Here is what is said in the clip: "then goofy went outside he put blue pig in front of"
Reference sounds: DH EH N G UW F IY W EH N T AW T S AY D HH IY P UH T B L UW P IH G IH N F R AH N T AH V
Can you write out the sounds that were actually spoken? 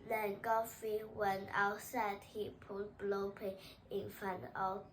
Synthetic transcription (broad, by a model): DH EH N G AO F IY W EH N T AW T S AY D HH IY P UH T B L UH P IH IH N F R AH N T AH